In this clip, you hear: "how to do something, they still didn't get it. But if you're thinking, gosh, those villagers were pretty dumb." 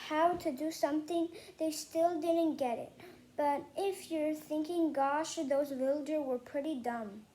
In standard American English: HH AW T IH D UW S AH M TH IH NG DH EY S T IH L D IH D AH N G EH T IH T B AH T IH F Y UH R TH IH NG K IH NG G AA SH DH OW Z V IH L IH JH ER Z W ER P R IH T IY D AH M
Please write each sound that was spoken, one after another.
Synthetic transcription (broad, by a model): HH AW T IH D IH S AH M TH IH NG DH EY S T IH L D IH D N G EH T IH T B AH T IH F Y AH R TH IH NG K IH NG G AA SH DH OW Z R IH L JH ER W ER P R IH T IY D AH M